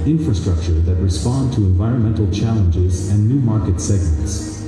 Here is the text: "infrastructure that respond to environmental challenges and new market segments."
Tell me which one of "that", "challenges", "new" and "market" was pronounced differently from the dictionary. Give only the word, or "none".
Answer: none